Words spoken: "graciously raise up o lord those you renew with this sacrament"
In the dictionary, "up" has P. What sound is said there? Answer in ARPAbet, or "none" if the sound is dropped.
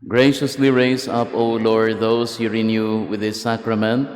P